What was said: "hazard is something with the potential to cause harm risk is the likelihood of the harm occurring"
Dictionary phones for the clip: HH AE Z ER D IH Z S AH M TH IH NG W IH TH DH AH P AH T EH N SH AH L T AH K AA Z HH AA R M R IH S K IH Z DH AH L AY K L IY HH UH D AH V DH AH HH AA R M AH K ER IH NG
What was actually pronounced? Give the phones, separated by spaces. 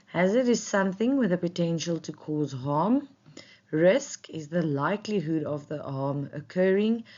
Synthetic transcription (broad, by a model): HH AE Z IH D IH Z S AH M TH IH NG W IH DH AH P AH T EH N SH AH L T AH K AA Z HH AA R M R IH S K IH Z DH AH L AY K L IY HH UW D AH V DH AH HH AA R M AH K ER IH NG